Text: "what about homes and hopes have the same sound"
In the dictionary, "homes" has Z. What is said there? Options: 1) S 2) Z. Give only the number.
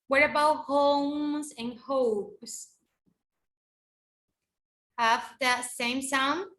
2